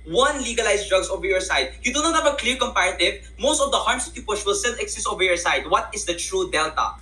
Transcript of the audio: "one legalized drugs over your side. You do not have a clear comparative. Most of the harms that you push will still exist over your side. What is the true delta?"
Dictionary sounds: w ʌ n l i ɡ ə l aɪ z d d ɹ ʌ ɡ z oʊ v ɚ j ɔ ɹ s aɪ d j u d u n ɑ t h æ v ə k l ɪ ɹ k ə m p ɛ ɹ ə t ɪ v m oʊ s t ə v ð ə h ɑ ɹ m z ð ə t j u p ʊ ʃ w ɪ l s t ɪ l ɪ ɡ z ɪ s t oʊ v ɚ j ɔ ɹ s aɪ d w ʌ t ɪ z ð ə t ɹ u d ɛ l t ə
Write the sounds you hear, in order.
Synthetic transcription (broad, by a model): w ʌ n l i ɡ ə l aɪ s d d ɹ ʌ ɡ s oʊ v ɚ j ɔ ɹ s aɪ d j u d u n ɑ t h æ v ə k l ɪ ɹ k ə m p ɛ ɹ ə t ɪ v m oʊ s t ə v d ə h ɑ ɹ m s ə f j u p ʊ ʃ w ɪ l s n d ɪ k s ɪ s oʊ v ɚ j ɔ ɹ s aɪ d w ʌ t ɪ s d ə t ɹ u d ɛ l t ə